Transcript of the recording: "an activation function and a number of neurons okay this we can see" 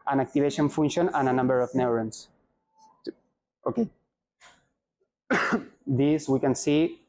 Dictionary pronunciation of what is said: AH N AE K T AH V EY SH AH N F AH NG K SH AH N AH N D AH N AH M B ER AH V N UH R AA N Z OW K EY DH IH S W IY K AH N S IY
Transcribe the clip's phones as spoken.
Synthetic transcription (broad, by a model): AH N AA K T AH B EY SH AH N F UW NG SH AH N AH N AH N AH M B ER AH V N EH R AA N S OW K EY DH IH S W IY K AH N S IY